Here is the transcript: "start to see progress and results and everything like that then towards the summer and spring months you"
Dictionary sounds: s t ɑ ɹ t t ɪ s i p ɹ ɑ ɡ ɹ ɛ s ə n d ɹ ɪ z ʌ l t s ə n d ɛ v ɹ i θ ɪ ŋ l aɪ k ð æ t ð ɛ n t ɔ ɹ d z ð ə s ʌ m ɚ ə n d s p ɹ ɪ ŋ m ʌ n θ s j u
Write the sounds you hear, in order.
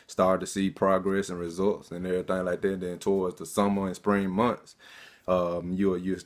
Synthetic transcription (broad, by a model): s t ɑ ɹ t t ɪ s i p ɹ ɑ ɡ ɹ ɛ s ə n ɹ ɪ z ʌ l t s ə n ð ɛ ɹ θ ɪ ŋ l aɪ k ð æ t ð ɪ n t ɔ ɹ d z ð ə s ʌ m ɚ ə n s p ɹ ɪ ŋ m ʌ n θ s j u